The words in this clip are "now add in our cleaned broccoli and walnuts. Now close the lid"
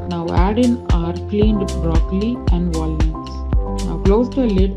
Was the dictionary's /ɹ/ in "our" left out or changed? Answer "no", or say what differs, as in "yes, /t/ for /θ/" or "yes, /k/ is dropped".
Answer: no